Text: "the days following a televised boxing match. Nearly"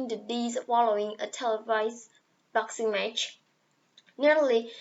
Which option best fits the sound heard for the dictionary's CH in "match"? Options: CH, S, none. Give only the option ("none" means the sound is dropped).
CH